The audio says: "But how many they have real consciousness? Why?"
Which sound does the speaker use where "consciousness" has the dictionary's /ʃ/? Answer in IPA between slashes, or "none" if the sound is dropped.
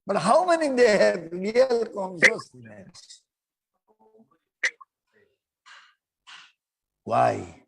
/s/